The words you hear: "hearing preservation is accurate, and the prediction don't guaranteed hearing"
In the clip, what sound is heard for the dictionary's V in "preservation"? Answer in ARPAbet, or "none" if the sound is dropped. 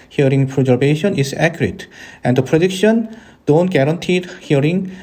B